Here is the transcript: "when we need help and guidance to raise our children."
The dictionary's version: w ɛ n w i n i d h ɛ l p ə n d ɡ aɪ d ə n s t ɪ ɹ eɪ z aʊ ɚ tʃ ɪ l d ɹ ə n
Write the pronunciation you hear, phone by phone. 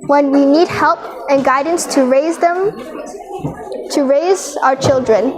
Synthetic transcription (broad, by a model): w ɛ n w i n i d h ɛ l p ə n ɡ aɪ d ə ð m t ɪ ɹ eɪ z aʊ ɚ tʃ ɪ l d ɹ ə n